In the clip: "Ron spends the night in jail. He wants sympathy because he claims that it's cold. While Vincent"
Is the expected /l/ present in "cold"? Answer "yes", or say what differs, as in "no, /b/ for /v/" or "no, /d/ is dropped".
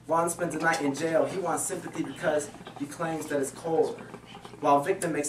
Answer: yes